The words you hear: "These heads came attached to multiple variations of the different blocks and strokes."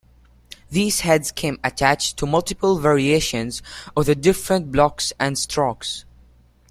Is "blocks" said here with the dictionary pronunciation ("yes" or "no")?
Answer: yes